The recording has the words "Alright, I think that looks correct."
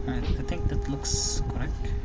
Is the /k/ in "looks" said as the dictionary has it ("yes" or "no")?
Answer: yes